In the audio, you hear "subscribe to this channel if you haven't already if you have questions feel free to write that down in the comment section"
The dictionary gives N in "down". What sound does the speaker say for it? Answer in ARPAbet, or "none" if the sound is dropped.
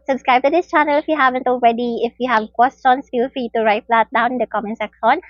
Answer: none